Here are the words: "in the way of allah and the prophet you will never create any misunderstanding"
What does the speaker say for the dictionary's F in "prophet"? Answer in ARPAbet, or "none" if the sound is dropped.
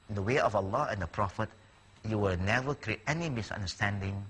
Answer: F